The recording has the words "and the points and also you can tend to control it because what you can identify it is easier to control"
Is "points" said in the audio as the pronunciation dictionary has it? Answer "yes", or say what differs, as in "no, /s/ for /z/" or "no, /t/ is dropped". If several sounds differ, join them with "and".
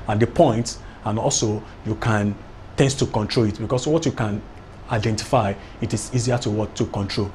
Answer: no, /s/ is dropped